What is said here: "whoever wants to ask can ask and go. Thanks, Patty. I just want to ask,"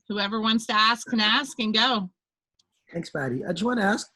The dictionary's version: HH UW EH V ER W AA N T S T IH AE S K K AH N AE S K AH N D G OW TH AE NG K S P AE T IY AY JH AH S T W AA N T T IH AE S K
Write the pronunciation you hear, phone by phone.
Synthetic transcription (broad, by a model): HH UW EH V ER W AA N T S T IH AE S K K AH N AE S K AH N G OW TH AE NG K S B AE T IY AY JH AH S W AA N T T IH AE S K